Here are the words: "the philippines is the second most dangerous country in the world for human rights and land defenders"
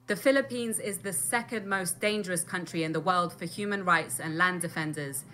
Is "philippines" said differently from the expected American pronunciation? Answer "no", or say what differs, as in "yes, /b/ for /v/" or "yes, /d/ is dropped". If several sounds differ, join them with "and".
no